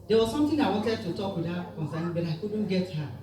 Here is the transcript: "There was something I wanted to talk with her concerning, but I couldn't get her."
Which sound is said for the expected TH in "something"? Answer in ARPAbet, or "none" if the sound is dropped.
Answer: T